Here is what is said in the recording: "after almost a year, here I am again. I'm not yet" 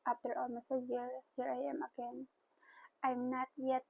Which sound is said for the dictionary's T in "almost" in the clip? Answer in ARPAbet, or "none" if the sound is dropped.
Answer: none